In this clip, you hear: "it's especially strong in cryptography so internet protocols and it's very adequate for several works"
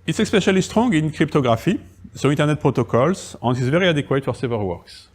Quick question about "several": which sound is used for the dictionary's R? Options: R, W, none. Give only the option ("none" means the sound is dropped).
none